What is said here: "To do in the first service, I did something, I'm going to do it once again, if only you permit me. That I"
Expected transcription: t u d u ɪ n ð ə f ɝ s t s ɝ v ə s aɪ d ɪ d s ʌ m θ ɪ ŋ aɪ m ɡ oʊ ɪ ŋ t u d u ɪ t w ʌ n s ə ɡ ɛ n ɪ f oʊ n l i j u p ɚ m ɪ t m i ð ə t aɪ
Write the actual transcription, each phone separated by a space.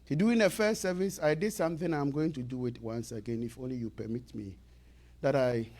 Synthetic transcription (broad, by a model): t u d u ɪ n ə f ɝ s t s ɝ v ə s aɪ d ɪ d s ʌ m θ ɪ ŋ aɪ m ɡ oʊ ɪ ŋ t u d u ɪ t w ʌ n s ə ɡ ɛ n ɪ f oʊ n l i j u p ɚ m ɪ t m i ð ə t aɪ